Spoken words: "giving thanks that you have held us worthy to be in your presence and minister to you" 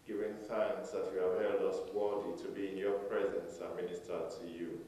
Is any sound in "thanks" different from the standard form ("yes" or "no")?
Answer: no